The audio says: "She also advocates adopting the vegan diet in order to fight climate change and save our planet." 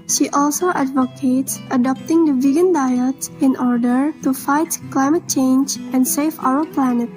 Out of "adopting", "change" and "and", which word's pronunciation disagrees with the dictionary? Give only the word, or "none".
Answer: none